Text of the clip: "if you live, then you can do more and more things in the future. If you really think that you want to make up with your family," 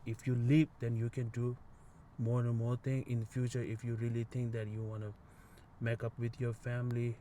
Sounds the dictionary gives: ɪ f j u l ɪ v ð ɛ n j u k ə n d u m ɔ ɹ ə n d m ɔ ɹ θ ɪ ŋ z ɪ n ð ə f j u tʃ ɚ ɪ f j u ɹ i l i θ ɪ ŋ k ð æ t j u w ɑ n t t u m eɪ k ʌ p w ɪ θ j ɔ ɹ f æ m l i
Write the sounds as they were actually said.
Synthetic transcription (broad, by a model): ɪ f j u l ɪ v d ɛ n j u k ə n d u m ɔ ɹ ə n m ɔ ɹ t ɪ ŋ ɪ n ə f j u tʃ ɚ ɪ f j u ɹ i l i t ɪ ŋ k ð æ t j u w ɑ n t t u m eɪ k ʌ p w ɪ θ j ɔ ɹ f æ m l i